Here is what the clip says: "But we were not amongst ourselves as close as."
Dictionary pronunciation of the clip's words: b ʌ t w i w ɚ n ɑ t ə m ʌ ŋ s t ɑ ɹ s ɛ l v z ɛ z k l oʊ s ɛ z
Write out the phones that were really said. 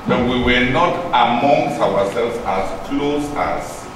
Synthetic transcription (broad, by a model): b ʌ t w i w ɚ n ɑ t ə m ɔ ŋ s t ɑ w s ɛ l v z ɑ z k l oʊ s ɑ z